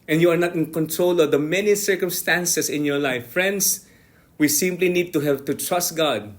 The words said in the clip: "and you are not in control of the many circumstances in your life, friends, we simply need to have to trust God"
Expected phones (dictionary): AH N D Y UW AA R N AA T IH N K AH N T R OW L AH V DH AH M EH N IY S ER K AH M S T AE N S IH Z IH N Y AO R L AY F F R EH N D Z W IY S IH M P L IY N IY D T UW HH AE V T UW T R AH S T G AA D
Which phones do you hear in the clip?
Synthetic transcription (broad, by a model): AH N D Y UW AA R N AA T IH N K AH N T R OW L AH V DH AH M EH N IY S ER K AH M S T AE N S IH S IH N Y AO R L AY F F R EH N D S W IY S IH M P L IY N IY D T UW HH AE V T UW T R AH S T G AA D